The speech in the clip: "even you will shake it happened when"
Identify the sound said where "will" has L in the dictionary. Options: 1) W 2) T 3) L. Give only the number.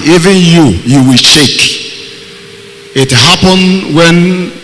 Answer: 1